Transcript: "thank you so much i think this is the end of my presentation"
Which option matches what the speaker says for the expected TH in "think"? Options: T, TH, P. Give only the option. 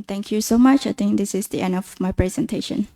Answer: T